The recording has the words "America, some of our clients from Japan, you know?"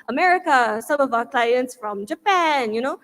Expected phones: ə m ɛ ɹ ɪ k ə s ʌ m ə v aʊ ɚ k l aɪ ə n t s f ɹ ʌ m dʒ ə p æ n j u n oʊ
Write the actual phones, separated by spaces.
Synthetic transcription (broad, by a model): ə m ɛ ɹ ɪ k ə s ʌ m ə v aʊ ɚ k l aɪ ə n t s f ɹ ʌ m dʒ ə p æ n j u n oʊ